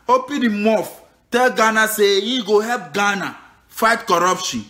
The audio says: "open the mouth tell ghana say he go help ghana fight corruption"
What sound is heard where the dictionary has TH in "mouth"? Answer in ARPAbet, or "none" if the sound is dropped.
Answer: F